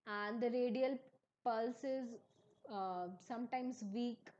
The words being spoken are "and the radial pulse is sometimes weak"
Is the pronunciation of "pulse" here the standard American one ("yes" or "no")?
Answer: yes